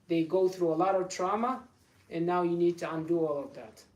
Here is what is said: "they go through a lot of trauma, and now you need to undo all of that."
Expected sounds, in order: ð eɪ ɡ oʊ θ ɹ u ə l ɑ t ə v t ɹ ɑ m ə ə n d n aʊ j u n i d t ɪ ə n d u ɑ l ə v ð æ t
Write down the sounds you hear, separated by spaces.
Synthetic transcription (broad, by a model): ð eɪ ɡ oʊ θ ɹ u ə l ɑ t ə v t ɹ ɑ m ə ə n n aʊ j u n i d t ɪ ə n d u ɑ l ə v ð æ t